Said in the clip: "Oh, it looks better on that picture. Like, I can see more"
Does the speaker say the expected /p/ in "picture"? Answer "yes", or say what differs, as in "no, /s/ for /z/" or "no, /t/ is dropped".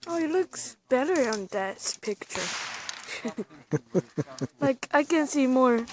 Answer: yes